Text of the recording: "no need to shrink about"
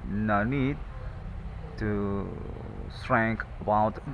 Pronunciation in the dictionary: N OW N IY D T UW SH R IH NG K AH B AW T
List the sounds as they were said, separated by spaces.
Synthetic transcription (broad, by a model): N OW N IY D T UW S R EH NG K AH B AW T